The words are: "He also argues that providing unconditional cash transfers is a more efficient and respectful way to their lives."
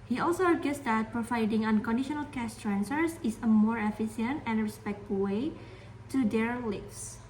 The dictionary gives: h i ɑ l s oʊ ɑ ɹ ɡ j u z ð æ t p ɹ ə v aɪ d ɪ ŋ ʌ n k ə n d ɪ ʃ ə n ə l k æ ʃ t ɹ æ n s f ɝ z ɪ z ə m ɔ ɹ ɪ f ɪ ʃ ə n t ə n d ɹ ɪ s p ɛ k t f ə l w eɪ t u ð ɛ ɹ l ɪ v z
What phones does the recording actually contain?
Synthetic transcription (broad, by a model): h i ɑ l s oʊ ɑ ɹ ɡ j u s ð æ t p ɹ ə v aɪ d ɪ ŋ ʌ n k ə n d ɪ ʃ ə n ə l k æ s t ɹ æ n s ɝ s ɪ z ə m ɔ ɹ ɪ f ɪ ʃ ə n t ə n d ɹ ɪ s p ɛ k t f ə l w eɪ t u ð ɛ ɹ l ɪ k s